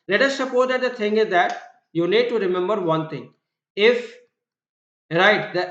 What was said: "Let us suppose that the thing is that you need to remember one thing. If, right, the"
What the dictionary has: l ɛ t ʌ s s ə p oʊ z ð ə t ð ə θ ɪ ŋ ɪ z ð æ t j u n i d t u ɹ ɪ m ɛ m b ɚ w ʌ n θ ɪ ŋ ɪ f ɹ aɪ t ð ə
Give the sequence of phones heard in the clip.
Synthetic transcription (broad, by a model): l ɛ t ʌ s s ə p oʊ z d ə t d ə t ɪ ŋ ɪ z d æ t j u n i d t u ɹ ɪ m ɛ m b ɚ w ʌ n t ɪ ŋ ɪ f ɹ aɪ t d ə